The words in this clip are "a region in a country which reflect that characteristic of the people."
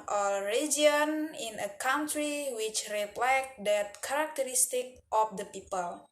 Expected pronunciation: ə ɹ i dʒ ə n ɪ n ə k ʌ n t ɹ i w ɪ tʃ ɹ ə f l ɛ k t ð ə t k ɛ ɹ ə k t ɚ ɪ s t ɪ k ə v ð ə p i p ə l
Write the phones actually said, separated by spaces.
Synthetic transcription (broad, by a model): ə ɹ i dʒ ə n ɪ n ə k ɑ n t ɹ i w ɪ tʃ ɹ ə p l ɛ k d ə t k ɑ ɹ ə k t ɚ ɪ s t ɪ k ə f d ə p i p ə l